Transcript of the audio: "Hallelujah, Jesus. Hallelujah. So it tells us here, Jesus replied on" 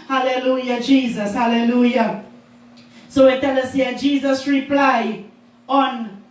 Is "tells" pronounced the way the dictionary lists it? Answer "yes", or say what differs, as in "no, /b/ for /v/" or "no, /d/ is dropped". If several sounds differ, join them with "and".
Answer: no, /z/ is dropped